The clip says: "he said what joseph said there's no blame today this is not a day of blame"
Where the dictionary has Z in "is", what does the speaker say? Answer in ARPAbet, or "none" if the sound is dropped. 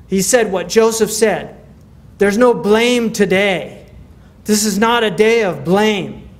Z